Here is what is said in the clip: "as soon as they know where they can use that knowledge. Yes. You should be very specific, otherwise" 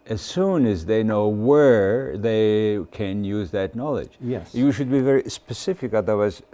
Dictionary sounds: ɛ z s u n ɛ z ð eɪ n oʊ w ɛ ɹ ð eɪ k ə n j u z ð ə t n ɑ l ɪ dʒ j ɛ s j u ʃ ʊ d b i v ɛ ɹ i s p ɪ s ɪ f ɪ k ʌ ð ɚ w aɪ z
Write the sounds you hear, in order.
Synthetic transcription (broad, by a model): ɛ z s u n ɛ z ð eɪ n oʊ w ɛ ɹ ð eɪ k ə n j u z ð ə t n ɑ l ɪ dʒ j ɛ j u ʃ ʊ d b i v ɛ ɹ i s p ɪ s ɪ f ɪ k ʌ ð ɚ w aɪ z